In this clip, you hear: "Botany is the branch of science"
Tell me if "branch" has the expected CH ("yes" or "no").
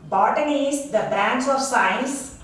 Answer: no